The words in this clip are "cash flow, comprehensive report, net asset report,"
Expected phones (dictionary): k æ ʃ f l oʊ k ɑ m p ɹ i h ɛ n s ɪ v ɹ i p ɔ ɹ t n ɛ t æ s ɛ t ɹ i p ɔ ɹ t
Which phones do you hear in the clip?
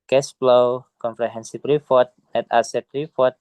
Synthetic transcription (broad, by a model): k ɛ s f l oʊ k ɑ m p ɹ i h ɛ n s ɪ p ɹ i f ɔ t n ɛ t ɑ s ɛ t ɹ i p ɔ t